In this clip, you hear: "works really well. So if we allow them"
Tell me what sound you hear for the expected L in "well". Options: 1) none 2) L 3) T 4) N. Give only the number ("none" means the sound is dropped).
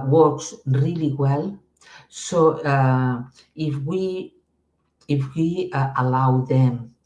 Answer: 2